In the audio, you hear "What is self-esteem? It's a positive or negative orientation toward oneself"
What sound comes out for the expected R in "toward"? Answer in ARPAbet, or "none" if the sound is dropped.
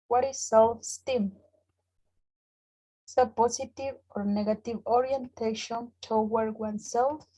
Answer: W